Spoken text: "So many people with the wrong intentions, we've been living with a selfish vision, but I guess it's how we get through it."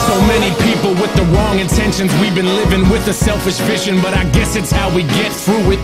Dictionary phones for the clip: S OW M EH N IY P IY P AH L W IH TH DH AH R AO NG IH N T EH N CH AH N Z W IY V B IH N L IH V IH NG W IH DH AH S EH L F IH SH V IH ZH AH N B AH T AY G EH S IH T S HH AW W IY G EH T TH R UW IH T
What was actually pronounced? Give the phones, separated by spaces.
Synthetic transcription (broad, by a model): S OW M EH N IY P IY P L W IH DH AH R AO NG IH N T EH N SH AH N Z W IY V B IH N L IH V IH NG W IH DH AH S EH L F IH SH F IH SH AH N B AH T AY G EH S IH T S HH AW W IY G EH T TH R UW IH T